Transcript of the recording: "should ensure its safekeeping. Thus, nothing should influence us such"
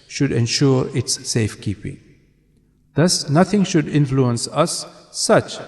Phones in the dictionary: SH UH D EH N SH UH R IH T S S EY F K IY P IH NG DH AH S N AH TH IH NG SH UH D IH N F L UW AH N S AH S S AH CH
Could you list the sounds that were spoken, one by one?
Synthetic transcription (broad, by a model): SH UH D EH N SH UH R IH T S S EY F K IY P IH NG DH AH S N AH TH IH NG SH UH D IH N F L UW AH N S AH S S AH CH